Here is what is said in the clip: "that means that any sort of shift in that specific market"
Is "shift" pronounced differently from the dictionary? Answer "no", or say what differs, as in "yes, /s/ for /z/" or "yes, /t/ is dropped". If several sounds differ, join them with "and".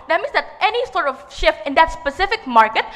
no